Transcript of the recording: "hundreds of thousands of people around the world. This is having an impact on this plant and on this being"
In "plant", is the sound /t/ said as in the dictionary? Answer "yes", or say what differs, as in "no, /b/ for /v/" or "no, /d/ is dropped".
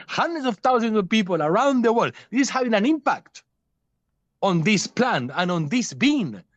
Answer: no, /t/ is dropped